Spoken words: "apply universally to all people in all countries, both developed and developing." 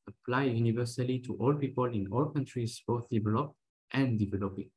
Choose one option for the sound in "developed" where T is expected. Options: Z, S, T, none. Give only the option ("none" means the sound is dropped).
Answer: T